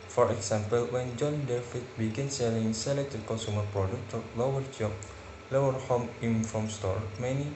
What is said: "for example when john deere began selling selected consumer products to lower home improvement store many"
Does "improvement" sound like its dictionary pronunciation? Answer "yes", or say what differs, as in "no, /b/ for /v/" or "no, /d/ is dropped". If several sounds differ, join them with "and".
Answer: no, /v/ is dropped